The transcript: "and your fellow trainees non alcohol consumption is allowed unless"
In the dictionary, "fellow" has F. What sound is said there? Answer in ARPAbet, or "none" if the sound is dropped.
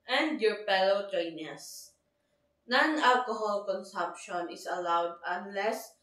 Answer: P